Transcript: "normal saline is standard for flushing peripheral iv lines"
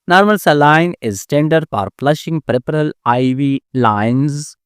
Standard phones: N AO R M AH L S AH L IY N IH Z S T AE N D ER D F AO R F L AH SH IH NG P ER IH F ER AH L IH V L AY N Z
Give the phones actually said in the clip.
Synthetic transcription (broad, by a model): N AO R M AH L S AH L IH N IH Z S T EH N D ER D F AO R P L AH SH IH NG P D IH P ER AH L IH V L AY N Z